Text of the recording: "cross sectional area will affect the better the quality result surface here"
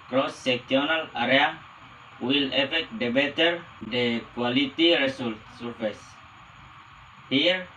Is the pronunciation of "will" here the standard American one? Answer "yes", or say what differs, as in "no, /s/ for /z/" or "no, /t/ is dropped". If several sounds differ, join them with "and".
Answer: yes